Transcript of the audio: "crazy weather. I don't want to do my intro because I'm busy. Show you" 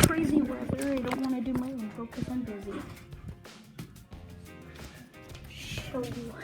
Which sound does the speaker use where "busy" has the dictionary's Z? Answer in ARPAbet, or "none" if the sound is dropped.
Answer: Z